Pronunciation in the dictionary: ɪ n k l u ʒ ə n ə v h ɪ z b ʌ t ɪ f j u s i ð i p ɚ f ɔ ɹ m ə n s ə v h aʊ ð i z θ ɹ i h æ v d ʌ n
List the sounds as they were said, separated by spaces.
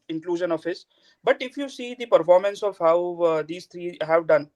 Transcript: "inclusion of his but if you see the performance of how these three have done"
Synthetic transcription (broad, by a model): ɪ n k l u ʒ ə n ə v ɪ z b ʌ t ɪ f j u s i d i p ɚ f ɔ ɹ m ə n s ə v h aʊ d i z t ɹ i h æ v d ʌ n